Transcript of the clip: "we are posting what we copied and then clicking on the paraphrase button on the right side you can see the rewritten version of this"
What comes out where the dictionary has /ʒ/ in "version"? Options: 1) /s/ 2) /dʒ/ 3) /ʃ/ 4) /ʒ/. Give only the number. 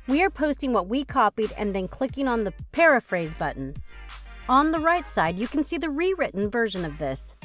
4